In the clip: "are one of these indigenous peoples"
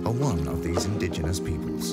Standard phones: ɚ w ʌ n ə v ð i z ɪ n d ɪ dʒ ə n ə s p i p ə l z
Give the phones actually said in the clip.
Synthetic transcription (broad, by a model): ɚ w ʌ n ə v ð i z ɪ n d ɪ dʒ ə n ə s p i p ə l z